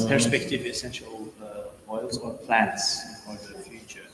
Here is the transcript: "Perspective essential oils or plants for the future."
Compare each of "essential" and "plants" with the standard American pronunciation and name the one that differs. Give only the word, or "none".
none